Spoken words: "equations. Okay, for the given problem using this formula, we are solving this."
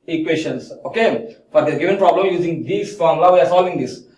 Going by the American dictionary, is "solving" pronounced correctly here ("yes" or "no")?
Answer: no